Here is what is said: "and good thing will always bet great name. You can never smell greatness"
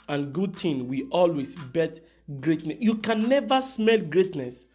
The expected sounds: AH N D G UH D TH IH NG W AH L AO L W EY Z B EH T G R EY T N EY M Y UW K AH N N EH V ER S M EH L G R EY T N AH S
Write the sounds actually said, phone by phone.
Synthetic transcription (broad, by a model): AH N G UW D T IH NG W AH AO L W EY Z B EH T G R EY T N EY Y UW K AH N N EH V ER S M EH L G R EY T N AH S